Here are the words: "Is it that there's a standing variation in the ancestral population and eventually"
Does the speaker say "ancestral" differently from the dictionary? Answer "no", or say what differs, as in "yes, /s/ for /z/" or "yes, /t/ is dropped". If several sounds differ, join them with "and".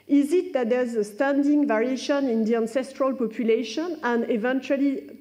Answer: no